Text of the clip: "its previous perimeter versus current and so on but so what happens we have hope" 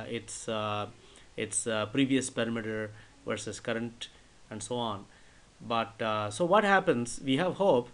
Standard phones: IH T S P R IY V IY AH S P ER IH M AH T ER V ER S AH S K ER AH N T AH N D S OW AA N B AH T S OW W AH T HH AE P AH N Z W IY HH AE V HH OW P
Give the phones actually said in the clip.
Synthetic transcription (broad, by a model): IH T S P R IY V IY AH S P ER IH M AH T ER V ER S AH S K ER AH N T AH N D S OW AA N B AH T S OW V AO T HH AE P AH N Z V IY HH AE V HH OW P